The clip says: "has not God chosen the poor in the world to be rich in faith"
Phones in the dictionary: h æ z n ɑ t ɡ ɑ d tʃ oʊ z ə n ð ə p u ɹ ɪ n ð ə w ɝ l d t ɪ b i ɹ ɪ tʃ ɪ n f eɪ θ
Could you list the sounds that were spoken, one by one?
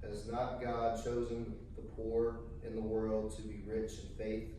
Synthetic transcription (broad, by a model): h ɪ z n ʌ t ɡ ɑ d tʃ oʊ z ə n ð ə p u ɹ ɪ n ð ə w ɝ l d t ɪ b i ɹ ɪ tʃ ɪ n f eɪ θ